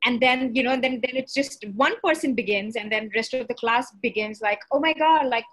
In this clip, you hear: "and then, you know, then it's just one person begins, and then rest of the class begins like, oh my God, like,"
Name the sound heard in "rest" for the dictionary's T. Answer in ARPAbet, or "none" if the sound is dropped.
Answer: T